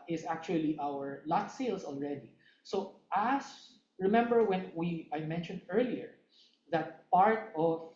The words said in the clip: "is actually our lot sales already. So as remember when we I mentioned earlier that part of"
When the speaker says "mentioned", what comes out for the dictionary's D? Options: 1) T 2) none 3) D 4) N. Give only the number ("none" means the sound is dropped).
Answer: 3